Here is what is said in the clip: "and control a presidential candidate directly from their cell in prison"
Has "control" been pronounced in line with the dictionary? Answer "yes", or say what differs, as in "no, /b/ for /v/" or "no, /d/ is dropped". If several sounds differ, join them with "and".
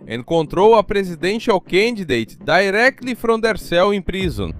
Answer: no, /w/ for /l/